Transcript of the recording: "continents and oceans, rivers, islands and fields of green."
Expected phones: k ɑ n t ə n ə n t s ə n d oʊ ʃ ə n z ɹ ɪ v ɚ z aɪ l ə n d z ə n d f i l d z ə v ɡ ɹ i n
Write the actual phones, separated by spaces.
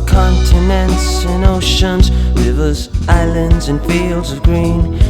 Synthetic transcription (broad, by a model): k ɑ n t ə n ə n t s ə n oʊ ʃ ə n z ɹ ɪ v ɚ z aɪ l ə n d z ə n f i l d z ə v ɡ ɹ i n